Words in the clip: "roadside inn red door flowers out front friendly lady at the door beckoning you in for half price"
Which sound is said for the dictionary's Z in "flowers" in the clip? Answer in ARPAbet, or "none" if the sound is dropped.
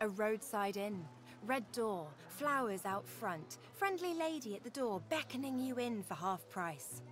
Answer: Z